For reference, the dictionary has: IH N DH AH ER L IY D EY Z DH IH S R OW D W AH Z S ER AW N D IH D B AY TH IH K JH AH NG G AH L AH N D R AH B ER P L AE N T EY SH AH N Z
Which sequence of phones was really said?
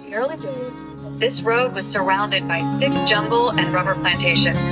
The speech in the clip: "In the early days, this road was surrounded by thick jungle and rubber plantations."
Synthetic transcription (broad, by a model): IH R L IY D EY Z DH IH S R OW D W AH Z S ER AW N D IH D B AY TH IH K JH AH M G L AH N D R AH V ER P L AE N T EY SH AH N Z